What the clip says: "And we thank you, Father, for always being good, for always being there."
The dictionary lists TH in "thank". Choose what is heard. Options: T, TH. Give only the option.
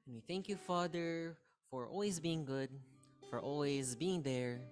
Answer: TH